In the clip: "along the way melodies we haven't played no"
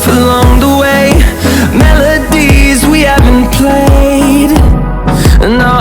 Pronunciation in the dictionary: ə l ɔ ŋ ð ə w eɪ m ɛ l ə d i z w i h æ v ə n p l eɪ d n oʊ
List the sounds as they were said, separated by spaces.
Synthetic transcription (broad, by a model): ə l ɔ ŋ ð ə w eɪ m ɛ l ə d i z w i h æ v ə n p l eɪ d n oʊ